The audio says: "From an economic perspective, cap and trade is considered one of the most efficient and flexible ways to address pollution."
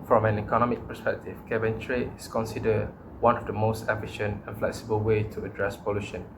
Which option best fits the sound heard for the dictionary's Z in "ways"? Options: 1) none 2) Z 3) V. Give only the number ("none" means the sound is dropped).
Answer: 1